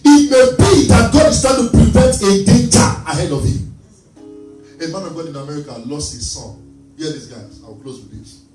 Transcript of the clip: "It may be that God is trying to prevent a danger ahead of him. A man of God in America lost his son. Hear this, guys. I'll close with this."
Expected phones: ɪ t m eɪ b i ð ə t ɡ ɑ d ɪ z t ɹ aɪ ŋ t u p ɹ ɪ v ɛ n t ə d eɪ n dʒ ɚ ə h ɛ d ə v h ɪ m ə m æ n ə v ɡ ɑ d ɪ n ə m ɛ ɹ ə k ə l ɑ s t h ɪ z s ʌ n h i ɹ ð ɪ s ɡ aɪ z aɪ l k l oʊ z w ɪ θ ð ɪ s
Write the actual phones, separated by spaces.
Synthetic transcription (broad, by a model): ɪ t m eɪ b i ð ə t ɡ ɑ d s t aɪ t u p ɹ ɪ v ɛ n t ə d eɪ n dʒ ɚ ə h ɛ d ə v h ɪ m ə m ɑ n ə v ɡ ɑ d ɪ n ə m ɛ ɹ ə k ə l ɑ s t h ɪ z s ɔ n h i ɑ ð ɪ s ɡ aɪ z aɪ w k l oʊ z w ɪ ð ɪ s